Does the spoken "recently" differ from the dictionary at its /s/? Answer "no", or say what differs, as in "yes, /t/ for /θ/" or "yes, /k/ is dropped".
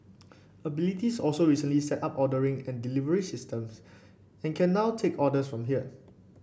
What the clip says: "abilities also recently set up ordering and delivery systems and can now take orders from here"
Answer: no